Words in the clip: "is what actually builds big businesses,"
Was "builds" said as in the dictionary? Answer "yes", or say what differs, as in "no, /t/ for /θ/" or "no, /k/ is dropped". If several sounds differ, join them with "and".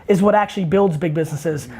yes